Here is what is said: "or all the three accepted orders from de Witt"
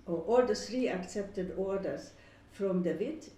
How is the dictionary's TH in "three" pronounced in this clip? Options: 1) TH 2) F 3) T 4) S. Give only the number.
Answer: 4